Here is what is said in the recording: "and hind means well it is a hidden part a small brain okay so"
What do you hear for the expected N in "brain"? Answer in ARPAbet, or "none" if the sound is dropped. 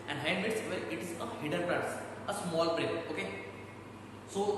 none